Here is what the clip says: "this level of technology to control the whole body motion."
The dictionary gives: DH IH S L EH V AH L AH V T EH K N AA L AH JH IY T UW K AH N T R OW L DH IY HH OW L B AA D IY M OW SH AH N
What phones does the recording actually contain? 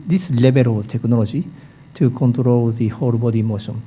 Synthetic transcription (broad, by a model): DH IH S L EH B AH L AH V T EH K N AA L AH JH IY T UW K AH N T R OW L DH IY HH OW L B AA D IY M OW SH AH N